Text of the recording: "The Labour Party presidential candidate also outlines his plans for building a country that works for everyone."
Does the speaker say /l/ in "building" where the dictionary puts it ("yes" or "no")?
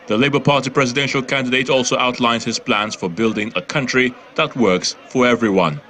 yes